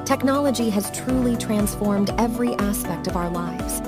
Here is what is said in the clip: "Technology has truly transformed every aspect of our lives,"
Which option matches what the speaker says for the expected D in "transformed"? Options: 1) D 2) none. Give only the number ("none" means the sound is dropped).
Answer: 1